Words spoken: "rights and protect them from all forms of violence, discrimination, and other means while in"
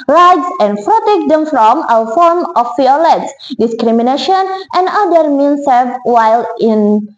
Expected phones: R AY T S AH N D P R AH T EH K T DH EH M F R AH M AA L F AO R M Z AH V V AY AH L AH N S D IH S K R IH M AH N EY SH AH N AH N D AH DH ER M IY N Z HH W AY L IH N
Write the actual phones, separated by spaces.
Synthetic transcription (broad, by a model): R AY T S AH N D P R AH T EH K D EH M F R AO M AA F AO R M AH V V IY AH L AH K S D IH S K R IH M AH N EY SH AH N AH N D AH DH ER M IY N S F W AY L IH N